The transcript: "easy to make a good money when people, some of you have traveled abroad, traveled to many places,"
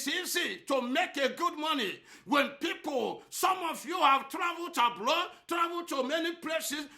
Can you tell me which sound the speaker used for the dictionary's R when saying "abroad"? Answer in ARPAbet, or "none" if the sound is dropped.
L